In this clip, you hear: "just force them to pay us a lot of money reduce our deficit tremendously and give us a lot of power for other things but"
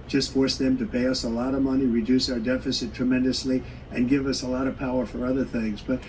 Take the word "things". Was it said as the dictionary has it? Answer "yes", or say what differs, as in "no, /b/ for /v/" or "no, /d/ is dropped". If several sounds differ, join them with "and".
yes